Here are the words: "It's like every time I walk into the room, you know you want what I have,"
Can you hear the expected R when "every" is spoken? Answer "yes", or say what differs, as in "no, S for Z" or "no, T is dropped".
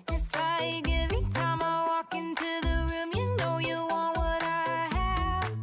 no, R is dropped